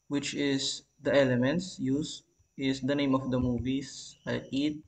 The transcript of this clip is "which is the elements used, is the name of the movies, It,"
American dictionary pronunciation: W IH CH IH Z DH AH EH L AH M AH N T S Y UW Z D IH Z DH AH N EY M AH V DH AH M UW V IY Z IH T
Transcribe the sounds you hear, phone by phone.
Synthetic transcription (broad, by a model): W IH CH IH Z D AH EH L AH M AH N T S Y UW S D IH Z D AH N EY M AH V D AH M UW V IY S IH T